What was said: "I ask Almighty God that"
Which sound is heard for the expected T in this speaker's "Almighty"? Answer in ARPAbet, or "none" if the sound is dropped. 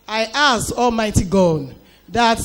T